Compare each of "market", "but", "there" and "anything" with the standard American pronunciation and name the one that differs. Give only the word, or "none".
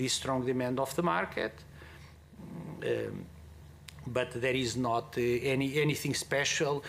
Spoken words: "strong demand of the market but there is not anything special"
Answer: none